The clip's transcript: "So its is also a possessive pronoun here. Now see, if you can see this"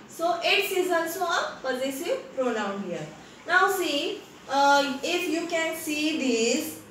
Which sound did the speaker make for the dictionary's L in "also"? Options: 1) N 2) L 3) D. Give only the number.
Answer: 1